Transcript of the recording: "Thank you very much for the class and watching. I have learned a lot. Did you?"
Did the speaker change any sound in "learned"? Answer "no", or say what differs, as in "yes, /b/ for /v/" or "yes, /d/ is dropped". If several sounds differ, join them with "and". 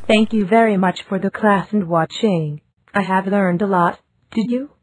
no